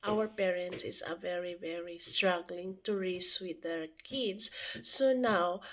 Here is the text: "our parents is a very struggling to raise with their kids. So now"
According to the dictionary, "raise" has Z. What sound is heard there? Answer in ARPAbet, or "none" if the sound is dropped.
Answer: S